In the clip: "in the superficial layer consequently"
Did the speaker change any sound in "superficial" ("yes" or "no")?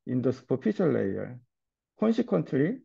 yes